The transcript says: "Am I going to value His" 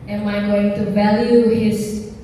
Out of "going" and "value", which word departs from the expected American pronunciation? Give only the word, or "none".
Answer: none